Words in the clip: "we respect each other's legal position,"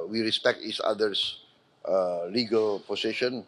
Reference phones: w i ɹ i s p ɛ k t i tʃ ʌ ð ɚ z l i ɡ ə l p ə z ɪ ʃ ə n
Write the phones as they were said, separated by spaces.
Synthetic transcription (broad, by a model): w i ɹ i s p ɛ k t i s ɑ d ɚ s l i ɡ ə l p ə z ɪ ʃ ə n